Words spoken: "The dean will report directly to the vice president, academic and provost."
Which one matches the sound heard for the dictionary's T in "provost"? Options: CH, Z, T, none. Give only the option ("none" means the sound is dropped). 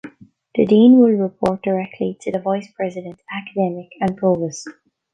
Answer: none